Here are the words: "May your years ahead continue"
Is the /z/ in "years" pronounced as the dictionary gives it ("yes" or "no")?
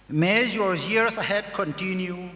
no